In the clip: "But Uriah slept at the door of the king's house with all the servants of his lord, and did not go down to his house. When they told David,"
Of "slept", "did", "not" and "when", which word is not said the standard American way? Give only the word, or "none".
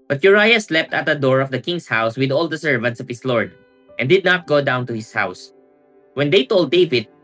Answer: none